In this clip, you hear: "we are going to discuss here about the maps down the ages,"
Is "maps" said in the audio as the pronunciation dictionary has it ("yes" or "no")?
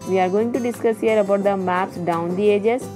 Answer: yes